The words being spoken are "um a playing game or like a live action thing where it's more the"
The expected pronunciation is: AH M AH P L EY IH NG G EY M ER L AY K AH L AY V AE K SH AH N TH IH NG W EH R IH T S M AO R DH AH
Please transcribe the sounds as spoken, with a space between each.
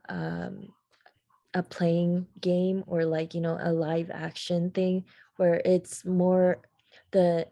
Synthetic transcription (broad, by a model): AH M AH P L EY IH NG G EY M ER L AY K AH L AY V AE K SH AH N TH IH NG W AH R IH T S M AO R DH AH